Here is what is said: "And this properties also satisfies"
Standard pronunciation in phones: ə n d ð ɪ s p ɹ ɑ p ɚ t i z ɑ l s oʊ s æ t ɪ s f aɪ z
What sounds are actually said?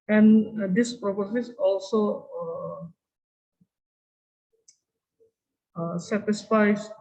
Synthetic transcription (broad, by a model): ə n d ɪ s p ɹ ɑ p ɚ s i s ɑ l s oʊ s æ t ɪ s f aɪ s